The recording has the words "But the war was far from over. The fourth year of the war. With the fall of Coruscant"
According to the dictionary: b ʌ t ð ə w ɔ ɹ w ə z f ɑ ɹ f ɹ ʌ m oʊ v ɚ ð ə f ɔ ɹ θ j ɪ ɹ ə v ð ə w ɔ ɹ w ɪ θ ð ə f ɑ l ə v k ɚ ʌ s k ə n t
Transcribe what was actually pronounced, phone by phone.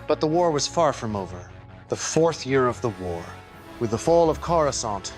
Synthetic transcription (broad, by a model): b ʌ t ð ə w ɔ ɹ w ə z f ɑ ɹ f ɹ ʌ m oʊ v ɚ ð ə f ɔ ɹ θ j ɪ ɹ ə v ð ə w ɔ ɹ w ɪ ð ə f ɑ l ə v k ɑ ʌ s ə n t